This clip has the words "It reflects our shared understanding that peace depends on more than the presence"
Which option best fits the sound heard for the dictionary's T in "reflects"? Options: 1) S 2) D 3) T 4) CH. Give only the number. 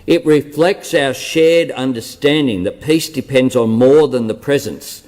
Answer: 3